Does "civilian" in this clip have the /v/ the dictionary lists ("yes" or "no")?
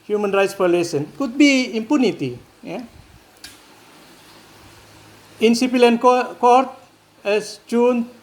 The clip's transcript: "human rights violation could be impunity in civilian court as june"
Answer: no